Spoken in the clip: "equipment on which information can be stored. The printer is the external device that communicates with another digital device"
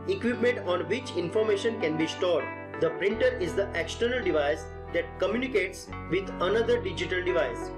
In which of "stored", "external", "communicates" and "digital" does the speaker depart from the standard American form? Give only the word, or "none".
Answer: none